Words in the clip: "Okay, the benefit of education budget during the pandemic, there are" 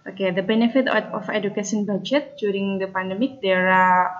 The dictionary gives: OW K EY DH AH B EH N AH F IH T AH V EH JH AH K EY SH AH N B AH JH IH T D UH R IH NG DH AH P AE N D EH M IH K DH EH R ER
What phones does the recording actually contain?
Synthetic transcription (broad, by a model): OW K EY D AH B EH N AH F IH T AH F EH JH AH K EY S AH N B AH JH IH T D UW R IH NG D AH P AE N D EH M IH K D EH R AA